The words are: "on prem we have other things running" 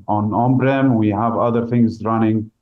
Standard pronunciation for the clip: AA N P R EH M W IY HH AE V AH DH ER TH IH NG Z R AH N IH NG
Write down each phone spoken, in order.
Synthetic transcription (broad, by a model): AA N B R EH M W IY HH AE V AH DH ER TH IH NG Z R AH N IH NG